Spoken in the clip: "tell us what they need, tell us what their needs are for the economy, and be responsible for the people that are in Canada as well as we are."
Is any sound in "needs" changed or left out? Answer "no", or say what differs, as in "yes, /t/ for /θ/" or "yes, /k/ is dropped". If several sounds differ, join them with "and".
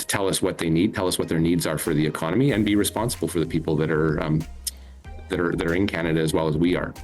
no